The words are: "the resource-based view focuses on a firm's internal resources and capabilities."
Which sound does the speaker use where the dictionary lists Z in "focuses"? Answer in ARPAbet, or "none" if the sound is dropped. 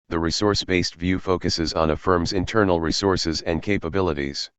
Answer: Z